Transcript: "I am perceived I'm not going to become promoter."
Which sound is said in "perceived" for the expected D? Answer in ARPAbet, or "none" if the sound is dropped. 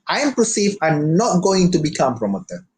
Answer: none